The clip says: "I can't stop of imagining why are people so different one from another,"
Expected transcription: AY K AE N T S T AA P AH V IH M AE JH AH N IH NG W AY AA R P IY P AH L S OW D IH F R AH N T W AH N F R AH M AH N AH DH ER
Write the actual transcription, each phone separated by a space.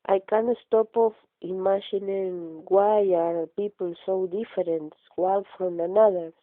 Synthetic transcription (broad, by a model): AY K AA N S T AA P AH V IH M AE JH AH N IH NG W AY AA R P IY P AH L S OW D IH F R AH N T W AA L F R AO M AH N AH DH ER